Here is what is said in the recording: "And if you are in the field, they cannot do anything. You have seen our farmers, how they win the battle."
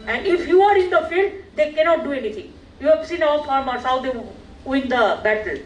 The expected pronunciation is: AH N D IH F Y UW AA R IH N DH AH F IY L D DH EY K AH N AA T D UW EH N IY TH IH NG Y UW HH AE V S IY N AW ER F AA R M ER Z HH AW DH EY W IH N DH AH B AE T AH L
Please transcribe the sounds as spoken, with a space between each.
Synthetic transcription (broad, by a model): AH N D IH F Y UW AA R IH N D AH F IY L D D EY K AH N AA T D UW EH N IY T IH NG Y UW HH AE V S IY N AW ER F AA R M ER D HH AW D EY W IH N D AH B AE T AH L